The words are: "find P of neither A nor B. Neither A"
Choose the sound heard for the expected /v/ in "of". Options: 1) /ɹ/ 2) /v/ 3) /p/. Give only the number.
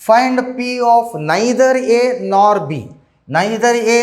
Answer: 3